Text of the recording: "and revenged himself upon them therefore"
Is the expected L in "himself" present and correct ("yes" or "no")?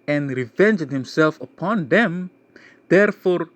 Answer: yes